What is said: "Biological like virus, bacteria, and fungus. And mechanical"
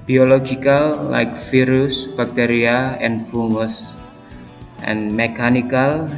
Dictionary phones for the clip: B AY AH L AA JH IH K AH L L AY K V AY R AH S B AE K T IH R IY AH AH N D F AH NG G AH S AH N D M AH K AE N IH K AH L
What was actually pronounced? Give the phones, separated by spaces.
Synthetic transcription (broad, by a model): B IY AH L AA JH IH K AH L L AY K F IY R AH S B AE K T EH R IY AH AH N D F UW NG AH S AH N M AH K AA N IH K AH L